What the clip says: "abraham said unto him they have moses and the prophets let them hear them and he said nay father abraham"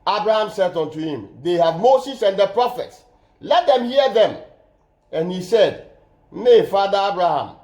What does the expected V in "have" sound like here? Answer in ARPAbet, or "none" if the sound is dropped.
V